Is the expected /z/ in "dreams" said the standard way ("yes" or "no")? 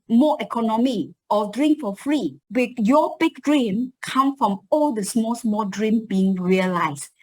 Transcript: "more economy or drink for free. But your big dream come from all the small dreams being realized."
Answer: no